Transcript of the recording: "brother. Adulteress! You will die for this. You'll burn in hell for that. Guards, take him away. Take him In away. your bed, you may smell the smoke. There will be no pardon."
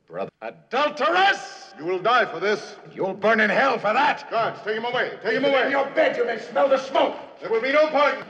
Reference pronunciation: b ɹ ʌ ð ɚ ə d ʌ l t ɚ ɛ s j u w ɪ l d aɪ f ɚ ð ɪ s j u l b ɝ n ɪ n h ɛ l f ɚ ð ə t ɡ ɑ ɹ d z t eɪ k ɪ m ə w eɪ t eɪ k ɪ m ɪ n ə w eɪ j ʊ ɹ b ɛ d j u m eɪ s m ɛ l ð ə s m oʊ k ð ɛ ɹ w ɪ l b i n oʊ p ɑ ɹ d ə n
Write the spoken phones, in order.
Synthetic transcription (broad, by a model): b ɹ ʌ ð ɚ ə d ʌ l t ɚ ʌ s j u w ɪ l d aɪ f ɚ ð ɪ s j u l b ɝ n ɪ n h ɛ l f ɚ ð ə t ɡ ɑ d t eɪ k ɪ m ə w eɪ t eɪ k ɪ m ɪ ə w eɪ j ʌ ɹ b ɛ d j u m eɪ s m ɛ l ð ə s m oʊ k ð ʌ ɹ w ɪ l b i n oʊ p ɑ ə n